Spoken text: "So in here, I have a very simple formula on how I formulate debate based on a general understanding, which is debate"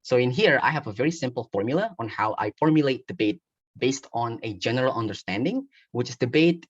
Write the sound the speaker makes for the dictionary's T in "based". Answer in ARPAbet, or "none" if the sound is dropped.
T